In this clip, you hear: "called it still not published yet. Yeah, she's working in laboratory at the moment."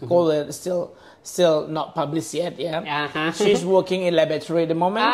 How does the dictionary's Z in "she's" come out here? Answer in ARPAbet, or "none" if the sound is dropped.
S